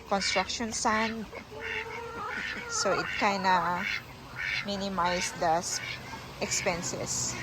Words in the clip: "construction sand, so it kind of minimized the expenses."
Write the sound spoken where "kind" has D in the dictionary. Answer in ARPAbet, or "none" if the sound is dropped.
none